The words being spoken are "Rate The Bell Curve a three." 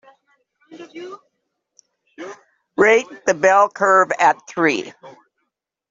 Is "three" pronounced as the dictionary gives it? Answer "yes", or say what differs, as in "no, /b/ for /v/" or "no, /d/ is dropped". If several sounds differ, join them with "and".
yes